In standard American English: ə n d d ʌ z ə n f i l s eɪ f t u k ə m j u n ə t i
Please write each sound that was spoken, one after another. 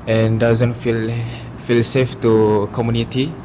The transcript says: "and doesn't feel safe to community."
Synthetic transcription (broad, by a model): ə n d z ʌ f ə l f i l s eɪ f t u k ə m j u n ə t i